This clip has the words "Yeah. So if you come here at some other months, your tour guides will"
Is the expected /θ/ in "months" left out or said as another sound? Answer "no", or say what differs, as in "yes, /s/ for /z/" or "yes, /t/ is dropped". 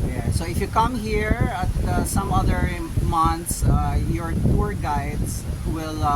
yes, /t/ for /θ/